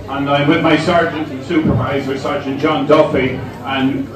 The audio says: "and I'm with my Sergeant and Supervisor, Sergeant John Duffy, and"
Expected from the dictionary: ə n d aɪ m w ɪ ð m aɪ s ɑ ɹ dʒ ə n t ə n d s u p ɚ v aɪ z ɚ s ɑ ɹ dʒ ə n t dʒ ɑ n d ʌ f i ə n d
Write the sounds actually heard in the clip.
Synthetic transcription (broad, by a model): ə n aɪ m w ɪ ð m aɪ s ɑ ɹ dʒ ə n t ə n s u p ɚ v aɪ z ɚ s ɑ ɹ dʒ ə n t dʒ ɑ n d ʌ f i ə n